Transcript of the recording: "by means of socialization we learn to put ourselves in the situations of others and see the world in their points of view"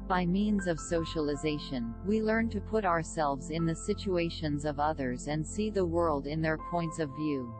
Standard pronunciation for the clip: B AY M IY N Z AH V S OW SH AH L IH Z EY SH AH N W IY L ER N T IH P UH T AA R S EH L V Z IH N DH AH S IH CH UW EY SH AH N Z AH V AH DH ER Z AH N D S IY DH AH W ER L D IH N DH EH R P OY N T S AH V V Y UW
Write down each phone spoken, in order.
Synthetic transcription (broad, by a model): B AY M IY N Z AH V S OW SH AH L IH Z EY SH AH N W IY L ER N T IH P UH T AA R S EH L V Z IH N DH AH S IH CH UW EY SH AH N Z AH V AH DH ER Z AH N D S IY DH AH W ER L D IH N DH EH R P OY N T S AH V V Y UW